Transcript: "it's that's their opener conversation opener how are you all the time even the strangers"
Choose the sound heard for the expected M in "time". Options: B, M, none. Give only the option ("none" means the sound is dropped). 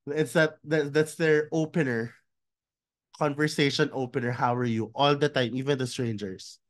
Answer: M